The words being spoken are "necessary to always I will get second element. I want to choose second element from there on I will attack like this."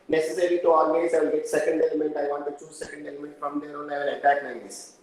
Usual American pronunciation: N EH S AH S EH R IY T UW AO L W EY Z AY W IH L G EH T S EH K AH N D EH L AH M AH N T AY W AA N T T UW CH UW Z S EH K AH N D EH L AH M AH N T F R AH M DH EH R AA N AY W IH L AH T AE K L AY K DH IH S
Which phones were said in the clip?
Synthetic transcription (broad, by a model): N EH S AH S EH R IY T UW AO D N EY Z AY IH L G EH T S EH K AH N D EH L AH M AH N T AY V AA N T T UW CH UW Z S EH K AH N D EH L AH M AH N T F R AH M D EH R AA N AY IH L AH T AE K N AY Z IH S